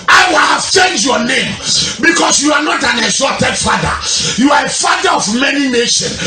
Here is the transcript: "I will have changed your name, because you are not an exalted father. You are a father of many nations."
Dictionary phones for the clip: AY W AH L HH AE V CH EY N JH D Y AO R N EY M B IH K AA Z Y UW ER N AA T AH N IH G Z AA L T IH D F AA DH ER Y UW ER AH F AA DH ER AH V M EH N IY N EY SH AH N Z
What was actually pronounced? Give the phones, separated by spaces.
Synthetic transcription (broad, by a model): AY W AH L HH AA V CH EY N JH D Y AO N EY M B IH K AA S Y UW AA N AA T AH N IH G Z AA T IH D F AA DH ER Y UW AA AH F AA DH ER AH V M EH N IY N EY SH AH N